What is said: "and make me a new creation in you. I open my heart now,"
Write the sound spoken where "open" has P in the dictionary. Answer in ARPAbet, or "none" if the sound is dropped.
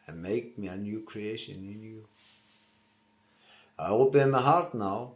B